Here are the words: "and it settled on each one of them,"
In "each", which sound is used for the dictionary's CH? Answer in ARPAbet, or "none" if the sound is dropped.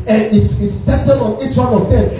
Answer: CH